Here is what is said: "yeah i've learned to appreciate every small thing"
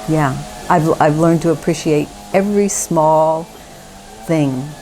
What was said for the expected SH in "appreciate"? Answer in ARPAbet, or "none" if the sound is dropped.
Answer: SH